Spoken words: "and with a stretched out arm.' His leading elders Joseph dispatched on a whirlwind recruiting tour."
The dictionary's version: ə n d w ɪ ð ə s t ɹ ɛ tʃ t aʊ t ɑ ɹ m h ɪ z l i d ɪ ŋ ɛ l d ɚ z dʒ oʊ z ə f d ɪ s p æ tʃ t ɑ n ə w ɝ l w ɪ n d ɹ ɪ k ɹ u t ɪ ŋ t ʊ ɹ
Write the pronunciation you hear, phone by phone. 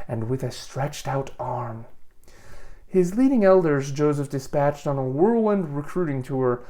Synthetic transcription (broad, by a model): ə n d w ɪ ð ə s t ɹ ɛ tʃ t aʊ t ɑ ɹ m h ɪ z l i d ɪ ŋ ɛ l d ɚ z dʒ oʊ z ə f d ɪ s p æ tʃ t n ə w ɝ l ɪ n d ɹ ɪ k ɹ u t ɪ ŋ t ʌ ɹ